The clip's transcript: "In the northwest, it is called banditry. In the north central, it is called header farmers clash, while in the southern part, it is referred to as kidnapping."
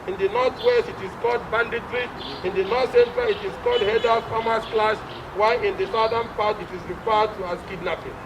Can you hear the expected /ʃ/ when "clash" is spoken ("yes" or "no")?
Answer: no